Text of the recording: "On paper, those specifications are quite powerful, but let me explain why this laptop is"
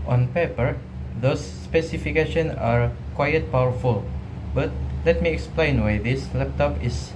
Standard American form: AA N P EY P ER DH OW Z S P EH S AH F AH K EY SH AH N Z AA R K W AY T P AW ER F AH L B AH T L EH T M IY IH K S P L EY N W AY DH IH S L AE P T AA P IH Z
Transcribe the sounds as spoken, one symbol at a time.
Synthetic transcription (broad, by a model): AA N P EY P ER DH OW S P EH S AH F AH K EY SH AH N AA R K W AY T P AW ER F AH L B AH T L EH T M IY IH K S P L EY N W AY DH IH S L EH P T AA P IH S